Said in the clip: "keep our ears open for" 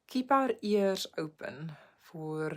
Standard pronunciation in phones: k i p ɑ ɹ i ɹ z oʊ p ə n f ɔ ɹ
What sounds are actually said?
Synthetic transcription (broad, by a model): k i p ɑ ɹ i ɹ s oʊ p ə n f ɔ ɹ